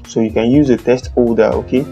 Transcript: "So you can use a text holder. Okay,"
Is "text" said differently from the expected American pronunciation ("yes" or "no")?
yes